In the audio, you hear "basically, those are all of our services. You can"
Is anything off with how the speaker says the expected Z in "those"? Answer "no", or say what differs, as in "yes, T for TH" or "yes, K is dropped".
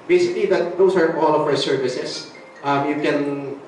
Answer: yes, S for Z